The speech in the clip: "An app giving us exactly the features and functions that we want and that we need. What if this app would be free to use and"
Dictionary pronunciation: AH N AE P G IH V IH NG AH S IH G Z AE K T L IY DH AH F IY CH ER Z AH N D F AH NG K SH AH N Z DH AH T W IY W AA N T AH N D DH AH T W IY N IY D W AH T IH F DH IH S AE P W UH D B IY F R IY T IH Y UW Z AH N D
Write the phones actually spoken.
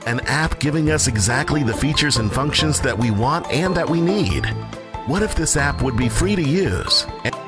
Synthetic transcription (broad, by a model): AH N AE P G IH V IH NG AH S IH G Z AE K T L IY DH AH F IY CH ER Z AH N F AH NG K SH AH N Z DH AH T W IY W AA N T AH N DH AH T W IY N IY D W AH T IH F DH IH S AE P W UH D B IY F R IY T IH Y UW Z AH